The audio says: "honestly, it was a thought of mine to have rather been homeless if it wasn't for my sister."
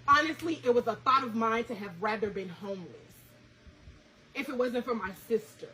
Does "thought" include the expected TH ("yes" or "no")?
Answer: yes